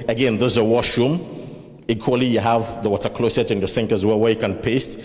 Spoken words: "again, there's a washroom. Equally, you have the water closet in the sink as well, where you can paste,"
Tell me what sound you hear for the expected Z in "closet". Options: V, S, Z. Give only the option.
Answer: S